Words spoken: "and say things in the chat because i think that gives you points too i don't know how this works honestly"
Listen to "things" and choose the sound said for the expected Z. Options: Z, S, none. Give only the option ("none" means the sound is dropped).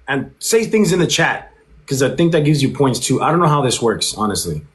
Z